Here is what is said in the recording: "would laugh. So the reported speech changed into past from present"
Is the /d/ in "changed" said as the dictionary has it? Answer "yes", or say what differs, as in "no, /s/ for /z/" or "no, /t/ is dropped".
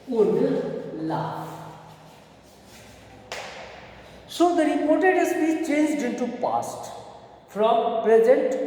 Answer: yes